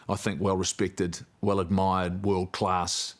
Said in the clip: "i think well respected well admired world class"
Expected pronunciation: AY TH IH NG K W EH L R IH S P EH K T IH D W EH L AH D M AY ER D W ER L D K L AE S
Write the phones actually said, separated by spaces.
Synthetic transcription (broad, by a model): AY TH IH NG K W EH L R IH S P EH K T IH D W EH L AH D M AY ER D W ER L D K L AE S